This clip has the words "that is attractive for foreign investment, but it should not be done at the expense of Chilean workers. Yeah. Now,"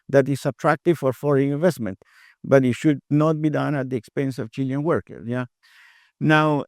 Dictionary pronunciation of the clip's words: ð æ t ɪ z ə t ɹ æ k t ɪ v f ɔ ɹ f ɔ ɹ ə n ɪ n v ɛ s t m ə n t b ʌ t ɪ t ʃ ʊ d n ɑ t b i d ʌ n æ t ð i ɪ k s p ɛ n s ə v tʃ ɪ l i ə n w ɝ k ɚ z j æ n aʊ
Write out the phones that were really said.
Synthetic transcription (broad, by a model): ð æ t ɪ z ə t ɹ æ k t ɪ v f ɔ ɹ f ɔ ɹ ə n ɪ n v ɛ s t m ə n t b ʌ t ɪ t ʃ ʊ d n ɑ t b i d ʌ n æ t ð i ɪ k s p ɛ n s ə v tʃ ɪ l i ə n w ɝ k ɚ j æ n aʊ